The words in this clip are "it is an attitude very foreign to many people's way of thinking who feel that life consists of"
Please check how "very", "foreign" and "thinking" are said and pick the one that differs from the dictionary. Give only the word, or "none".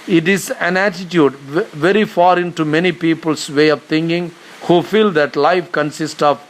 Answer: thinking